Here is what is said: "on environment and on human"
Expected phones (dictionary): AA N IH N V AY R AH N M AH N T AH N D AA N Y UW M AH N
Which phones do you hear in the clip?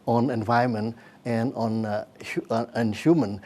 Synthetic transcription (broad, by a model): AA N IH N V AY AH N M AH N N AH N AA N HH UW M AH N